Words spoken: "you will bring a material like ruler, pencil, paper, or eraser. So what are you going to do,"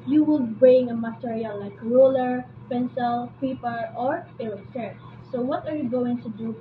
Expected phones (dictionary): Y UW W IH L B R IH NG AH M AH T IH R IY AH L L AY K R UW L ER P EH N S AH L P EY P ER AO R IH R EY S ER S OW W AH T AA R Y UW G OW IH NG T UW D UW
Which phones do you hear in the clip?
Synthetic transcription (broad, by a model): Y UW W IH L B R IH NG AH M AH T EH R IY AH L L AY K R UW L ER P EH N S AH L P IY P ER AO R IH L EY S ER S OW W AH T AA R Y UW G OW IH NG T UW D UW